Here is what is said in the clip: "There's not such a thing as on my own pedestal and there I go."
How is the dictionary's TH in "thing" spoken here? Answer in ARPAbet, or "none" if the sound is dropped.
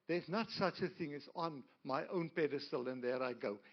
TH